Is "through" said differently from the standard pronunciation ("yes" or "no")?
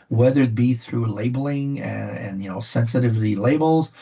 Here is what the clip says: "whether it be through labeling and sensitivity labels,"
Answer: no